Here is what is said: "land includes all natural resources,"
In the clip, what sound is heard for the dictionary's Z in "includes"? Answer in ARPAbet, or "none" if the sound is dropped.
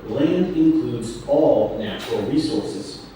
Z